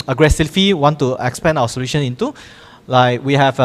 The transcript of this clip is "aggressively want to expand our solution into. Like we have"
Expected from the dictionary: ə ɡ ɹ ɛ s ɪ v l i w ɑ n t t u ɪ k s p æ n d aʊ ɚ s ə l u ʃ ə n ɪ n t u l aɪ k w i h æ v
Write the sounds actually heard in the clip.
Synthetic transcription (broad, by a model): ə ɡ ɹ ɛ s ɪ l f i w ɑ n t t u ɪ k s p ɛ n aʊ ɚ s ə l u ʃ ə n ɪ n t u l aɪ k w i h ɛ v